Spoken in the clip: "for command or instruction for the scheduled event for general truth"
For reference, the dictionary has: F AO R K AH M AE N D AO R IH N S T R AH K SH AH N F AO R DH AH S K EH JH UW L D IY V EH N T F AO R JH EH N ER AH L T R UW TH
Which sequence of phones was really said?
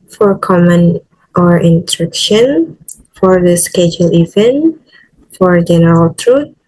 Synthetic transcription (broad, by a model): F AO R K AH M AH N AO R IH N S T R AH K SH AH N F AO R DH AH S K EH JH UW L IY V EH N T F AO R JH EH N ER AH L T R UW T